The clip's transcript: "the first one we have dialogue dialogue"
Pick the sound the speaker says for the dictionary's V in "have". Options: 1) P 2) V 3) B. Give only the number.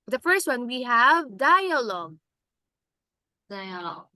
2